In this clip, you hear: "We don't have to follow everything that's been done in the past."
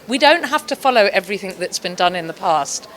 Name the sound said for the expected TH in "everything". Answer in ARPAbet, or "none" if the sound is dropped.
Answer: TH